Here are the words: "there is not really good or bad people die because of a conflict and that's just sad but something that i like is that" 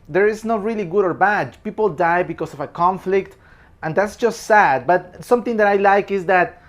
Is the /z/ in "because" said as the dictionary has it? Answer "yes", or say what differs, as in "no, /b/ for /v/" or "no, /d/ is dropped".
no, /s/ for /z/